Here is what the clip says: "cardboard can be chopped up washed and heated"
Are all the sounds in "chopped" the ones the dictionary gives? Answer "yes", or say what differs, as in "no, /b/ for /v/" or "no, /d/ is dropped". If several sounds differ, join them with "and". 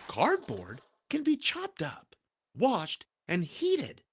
yes